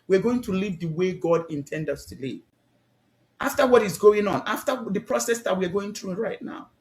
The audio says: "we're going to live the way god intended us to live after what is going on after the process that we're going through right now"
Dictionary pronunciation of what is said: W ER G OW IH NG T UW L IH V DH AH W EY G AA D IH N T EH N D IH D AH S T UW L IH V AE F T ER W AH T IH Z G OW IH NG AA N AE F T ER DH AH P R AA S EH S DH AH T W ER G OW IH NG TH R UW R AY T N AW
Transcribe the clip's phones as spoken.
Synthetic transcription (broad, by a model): W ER G OW IH NG T UW L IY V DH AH W EY G AA D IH N T EH N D D AH S T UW L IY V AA F T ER W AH T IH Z G OW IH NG AA N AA F T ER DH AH P R AA S EH S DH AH T W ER G OW IH NG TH R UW R AY T N AW